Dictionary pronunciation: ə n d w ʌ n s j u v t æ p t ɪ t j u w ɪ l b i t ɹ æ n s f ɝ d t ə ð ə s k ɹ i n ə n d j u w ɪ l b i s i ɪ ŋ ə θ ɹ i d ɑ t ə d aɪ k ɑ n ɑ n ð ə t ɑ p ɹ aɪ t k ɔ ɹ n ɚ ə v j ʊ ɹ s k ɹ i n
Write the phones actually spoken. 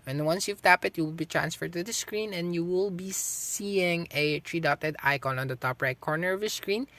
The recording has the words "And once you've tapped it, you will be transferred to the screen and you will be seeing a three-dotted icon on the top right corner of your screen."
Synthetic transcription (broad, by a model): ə n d w ʌ n s j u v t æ p ɪ t j u w ɪ l b i t ɹ æ n s f ɝ d t ə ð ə s k ɹ i n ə n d j u w ɪ l b i s i ɪ ŋ ə t ɹ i d ɑ t ə d aɪ k ɑ n ɑ n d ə t ɑ p ɹ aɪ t k ɔ ɹ n ɚ ə v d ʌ s k ɹ i n